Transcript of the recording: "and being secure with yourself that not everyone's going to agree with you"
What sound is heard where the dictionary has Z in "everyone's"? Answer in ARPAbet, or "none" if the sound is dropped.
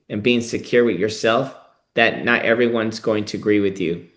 Z